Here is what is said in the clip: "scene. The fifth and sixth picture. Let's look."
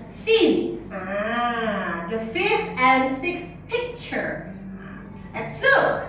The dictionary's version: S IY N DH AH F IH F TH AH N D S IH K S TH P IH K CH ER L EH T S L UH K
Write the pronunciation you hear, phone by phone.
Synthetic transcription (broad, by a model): S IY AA DH AH F IH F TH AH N S IH K S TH P IH K CH ER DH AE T S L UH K